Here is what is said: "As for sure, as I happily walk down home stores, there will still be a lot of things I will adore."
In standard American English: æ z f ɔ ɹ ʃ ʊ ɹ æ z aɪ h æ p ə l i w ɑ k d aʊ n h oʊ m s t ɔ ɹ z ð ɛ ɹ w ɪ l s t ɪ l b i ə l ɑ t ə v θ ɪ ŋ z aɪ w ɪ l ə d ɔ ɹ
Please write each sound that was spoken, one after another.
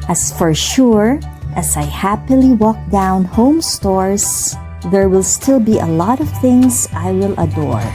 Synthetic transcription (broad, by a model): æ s f ɔ ɹ ʃ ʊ ɹ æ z aɪ h æ p ə l i w ɑ k d aʊ n h oʊ m s t ɔ ɹ s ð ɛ ɹ w ɪ l s t ɪ l b i ə l ɑ t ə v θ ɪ ŋ s aɪ w ɪ l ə d ɔ ɹ